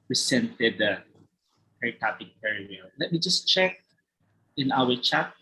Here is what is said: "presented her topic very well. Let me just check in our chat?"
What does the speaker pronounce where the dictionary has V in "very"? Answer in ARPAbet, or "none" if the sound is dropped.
P